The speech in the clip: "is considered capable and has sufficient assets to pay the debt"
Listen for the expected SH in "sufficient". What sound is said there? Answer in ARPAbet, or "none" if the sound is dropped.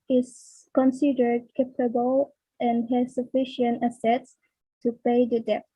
SH